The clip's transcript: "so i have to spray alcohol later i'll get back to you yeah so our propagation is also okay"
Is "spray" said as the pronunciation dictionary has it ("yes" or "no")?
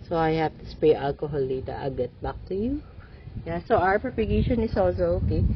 no